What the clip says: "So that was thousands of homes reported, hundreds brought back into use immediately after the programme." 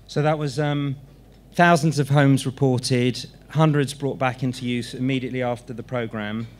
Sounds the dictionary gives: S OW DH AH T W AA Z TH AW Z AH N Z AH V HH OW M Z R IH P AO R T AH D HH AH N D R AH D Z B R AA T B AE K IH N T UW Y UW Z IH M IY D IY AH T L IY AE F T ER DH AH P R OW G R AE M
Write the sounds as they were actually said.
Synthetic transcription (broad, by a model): S OW DH AH T W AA Z TH AW Z AH N Z AH V HH OW M Z R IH P AO T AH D HH AH N D R AH D Z B R AA T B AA K IH N T UW Y UW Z IH M IY D IY AH T L IY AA F T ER DH AH P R OW G R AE M